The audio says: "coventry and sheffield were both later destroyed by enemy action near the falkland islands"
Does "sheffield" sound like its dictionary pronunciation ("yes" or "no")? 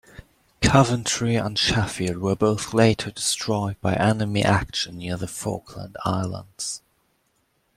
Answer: no